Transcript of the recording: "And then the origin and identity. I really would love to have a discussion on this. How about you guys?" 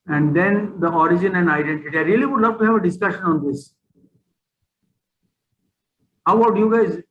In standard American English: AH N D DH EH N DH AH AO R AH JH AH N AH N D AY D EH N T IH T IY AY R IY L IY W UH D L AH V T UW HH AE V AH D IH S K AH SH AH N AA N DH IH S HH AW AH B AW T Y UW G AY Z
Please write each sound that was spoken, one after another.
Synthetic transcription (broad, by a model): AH N D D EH N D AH AO R AH JH AH N AH N D AY D EH N T IH T IY AY R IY L IY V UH D L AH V T UW HH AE V AH D IH S K AH SH AH N AA N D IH S HH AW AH AW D Y UW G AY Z